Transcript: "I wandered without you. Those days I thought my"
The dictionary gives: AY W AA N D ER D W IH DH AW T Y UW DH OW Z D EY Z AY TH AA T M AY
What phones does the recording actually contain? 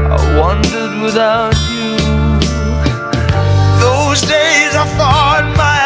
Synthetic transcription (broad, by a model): AY W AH N D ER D W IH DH AW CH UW DH OW Z D EY Z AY F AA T M AY